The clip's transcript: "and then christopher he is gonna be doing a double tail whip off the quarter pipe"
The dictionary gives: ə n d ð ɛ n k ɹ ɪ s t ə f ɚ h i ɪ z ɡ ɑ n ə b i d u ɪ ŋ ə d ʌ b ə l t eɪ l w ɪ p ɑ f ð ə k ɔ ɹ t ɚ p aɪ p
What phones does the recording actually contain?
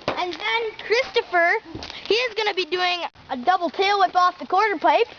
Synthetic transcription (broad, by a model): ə n ð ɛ n k ɹ ɪ s t ə f ɚ h i ɪ z ɡ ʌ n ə b i d u ɪ ŋ ə d ʌ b l t eɪ l w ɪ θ ɑ f ð ə k ɔ ɹ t ɚ p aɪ p